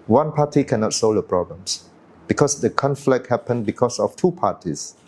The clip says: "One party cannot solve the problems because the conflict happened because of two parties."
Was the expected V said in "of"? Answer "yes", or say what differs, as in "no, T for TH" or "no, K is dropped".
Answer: no, F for V